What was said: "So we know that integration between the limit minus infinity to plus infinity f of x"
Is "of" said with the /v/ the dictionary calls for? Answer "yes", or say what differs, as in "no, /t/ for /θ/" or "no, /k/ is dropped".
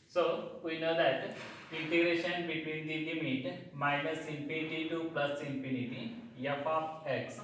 no, /p/ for /v/